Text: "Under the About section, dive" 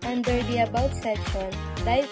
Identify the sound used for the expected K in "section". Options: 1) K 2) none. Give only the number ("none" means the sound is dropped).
2